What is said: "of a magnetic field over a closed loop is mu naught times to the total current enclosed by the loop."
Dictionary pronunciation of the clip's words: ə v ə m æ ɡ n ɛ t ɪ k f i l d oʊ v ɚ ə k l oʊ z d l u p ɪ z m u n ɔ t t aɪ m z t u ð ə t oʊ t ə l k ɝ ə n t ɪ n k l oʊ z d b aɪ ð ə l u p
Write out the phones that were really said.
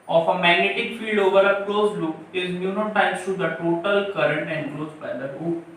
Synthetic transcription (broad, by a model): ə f ə m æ ɡ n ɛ t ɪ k f i l d oʊ v ɚ ə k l oʊ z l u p ɪ z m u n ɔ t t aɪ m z t u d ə t oʊ t ə l k ɝ ə n t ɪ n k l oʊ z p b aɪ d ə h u